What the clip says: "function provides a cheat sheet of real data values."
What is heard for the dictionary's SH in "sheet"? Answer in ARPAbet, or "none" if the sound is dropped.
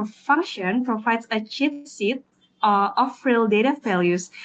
S